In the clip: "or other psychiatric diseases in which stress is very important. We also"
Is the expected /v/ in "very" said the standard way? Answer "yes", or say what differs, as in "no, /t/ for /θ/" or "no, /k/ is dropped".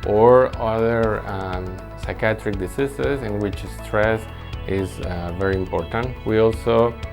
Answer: yes